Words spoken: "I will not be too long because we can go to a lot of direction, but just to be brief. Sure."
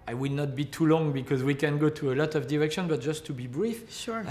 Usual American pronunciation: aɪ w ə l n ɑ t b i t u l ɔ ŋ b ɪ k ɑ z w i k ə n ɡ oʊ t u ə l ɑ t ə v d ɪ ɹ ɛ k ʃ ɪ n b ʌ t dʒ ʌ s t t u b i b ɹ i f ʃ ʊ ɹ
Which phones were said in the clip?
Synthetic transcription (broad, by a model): aɪ w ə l n ɑ t b i t u l ɔ ŋ b ɪ k ɑ z w i k ə n ɡ oʊ t u ə l ɑ t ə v d ɪ ɹ ɛ k ʃ ɪ n b ʌ t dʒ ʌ s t t u b i b ɹ i f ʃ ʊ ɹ